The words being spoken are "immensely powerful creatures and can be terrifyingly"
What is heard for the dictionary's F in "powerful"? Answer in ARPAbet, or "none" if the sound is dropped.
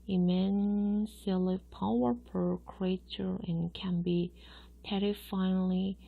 P